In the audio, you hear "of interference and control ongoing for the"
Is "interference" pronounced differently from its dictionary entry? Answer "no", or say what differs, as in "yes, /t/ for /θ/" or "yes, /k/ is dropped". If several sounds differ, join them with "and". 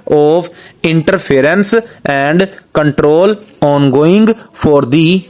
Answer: yes, /p/ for /f/